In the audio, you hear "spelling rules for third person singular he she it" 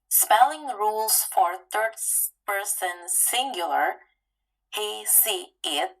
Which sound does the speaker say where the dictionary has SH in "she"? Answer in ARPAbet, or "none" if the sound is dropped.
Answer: S